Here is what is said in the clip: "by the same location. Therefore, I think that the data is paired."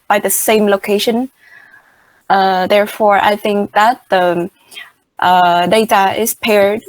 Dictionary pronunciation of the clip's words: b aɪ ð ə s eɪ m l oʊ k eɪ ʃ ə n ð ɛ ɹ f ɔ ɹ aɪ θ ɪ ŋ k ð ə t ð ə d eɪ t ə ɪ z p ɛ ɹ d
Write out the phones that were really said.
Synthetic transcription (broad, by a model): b aɪ ð ə s eɪ m l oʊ k eɪ ʃ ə n ð ɛ ɹ f ɔ ɹ aɪ θ ɪ ŋ k ð ə t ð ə d eɪ t ə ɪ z p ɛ ɹ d